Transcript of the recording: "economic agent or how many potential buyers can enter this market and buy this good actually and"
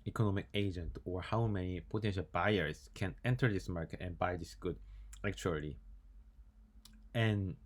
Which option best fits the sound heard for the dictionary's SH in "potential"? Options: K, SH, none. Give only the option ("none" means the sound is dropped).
SH